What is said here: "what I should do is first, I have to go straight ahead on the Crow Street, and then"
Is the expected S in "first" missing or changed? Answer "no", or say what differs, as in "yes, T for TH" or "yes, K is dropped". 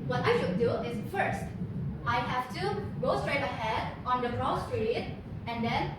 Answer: no